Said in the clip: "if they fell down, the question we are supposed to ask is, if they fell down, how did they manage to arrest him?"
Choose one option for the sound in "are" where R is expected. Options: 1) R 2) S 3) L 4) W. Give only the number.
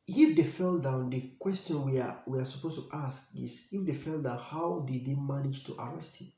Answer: 4